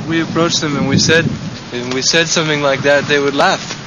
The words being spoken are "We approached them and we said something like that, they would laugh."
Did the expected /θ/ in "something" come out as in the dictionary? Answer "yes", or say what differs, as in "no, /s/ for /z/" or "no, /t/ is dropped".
yes